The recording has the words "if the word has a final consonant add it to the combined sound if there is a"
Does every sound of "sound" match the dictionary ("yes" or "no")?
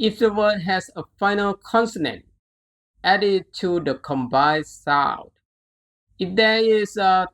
no